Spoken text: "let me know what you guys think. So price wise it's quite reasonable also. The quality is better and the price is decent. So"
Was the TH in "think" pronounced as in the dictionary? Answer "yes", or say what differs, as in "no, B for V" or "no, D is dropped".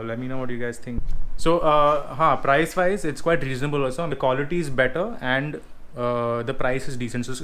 no, T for TH